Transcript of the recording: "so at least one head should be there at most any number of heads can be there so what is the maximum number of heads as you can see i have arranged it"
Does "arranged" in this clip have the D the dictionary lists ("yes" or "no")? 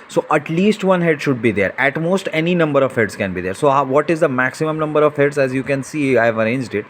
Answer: yes